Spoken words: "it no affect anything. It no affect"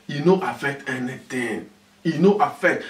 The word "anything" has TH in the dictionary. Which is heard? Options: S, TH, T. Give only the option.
T